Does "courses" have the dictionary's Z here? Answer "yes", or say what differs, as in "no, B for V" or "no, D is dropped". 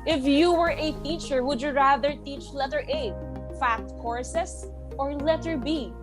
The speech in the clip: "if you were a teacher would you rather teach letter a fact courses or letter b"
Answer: no, S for Z